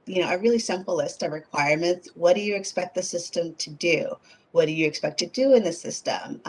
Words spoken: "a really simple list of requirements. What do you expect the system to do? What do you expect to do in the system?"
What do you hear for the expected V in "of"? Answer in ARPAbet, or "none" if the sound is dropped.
V